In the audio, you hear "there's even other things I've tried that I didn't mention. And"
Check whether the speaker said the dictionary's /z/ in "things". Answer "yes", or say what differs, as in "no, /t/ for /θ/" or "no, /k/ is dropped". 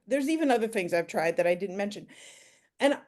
yes